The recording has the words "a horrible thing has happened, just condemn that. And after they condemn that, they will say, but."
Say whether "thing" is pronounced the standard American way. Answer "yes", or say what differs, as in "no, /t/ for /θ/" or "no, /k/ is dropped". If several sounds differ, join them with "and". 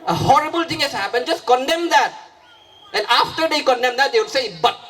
no, /t/ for /θ/